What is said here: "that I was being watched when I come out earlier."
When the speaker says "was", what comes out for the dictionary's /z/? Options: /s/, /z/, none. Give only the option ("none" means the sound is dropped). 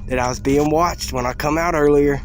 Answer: /z/